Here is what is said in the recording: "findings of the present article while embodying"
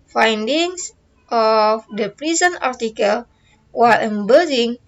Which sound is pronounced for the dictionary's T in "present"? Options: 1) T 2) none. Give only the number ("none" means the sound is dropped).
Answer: 2